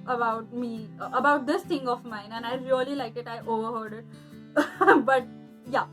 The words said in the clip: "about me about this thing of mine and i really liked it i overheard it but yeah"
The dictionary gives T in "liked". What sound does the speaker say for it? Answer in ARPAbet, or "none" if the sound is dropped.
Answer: none